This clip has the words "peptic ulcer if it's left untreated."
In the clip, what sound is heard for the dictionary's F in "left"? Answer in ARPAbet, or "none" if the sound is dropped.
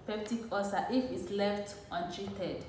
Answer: F